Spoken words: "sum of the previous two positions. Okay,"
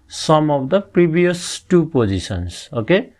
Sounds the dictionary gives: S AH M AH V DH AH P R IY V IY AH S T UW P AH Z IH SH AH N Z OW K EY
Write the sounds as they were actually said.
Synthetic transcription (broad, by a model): S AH M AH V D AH P R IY B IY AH S T UW P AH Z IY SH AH N S OW K EY